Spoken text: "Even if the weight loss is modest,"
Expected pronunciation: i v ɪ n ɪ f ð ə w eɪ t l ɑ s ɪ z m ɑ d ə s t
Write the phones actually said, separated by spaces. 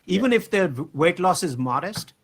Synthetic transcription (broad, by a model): i v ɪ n ɪ f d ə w eɪ t l ɑ s ɪ z m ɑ d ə s t